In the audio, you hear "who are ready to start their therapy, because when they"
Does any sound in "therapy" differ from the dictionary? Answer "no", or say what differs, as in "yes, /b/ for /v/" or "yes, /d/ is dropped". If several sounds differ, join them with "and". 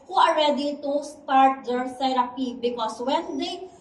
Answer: yes, /s/ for /θ/